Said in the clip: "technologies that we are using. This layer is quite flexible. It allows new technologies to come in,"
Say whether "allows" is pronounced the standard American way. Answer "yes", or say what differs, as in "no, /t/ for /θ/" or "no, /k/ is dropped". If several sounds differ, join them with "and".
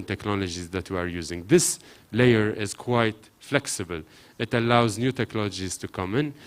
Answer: yes